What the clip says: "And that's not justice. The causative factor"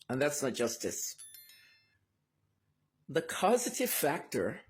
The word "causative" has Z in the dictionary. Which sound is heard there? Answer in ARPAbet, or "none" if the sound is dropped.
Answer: Z